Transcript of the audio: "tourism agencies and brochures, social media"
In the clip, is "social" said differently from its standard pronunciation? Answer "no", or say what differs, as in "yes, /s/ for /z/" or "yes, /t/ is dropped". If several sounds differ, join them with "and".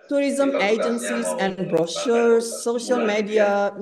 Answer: no